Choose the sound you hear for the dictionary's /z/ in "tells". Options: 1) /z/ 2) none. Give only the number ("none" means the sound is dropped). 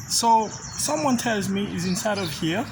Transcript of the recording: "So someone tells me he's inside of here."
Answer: 1